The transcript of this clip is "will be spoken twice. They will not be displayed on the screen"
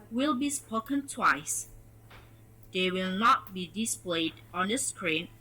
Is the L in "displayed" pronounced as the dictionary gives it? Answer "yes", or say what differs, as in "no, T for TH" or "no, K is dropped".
yes